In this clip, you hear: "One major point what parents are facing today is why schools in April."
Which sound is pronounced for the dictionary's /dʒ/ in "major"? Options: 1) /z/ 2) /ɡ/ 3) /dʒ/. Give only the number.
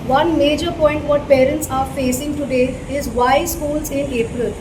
3